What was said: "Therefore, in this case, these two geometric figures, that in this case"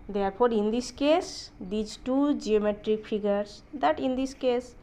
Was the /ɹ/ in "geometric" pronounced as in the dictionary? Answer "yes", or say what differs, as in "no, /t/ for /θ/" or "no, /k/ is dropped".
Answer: yes